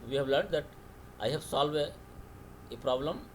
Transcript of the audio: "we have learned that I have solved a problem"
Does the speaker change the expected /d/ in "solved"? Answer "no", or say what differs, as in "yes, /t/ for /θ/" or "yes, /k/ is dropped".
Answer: yes, /d/ is dropped